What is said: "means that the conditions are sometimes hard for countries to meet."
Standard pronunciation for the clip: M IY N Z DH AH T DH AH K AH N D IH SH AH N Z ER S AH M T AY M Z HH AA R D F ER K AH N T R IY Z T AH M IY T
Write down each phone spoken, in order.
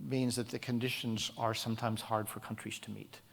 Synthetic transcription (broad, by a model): M IY N Z DH AH T DH AH K AH N D IH SH AH N Z ER S AH M T AY M Z HH AA R D F ER K AH N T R IY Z T AH M IY T